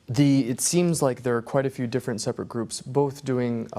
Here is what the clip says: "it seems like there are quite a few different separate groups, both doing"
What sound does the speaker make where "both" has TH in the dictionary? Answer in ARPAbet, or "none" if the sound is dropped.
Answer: TH